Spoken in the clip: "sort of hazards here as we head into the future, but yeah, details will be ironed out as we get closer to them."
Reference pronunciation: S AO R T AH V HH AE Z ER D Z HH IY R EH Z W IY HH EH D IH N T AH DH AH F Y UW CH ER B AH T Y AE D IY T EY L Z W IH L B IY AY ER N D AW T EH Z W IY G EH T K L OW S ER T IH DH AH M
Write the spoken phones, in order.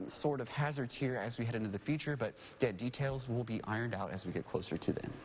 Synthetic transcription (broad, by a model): S AO R T AH V HH AE Z ER D Z HH IY R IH Z W IY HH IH D IH N T AH DH AH F Y UW CH ER B AH T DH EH D IY T EY L Z W IH L B IY AY ER N D AW T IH Z W IY G EH T K L OW S ER T IH DH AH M